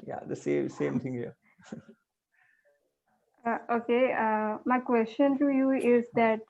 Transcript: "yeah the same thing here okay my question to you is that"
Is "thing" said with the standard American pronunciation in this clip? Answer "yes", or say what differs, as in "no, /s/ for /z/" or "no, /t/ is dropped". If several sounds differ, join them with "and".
no, /t/ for /θ/